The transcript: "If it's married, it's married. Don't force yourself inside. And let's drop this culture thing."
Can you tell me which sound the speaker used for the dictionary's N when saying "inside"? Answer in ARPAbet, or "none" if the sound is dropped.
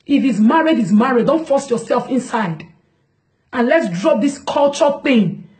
N